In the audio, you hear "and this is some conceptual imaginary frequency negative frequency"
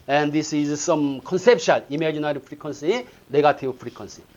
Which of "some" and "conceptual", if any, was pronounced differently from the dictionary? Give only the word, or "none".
conceptual